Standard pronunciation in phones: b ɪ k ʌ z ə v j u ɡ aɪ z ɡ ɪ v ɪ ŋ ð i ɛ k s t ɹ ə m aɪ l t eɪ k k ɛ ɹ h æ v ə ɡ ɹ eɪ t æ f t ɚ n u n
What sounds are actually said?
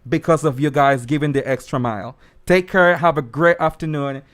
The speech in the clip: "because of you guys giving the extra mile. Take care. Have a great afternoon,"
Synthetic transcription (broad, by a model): b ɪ k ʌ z ə v j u ɡ aɪ z ɡ ɪ v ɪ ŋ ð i ɛ k s t ɹ ə m aɪ l t eɪ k k ɛ ɹ h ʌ v ə ɡ ɹ eɪ t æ f t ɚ n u n